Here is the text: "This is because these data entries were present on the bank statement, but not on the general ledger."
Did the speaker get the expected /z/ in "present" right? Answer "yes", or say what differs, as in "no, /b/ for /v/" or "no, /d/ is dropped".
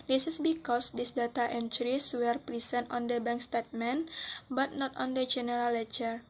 no, /s/ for /z/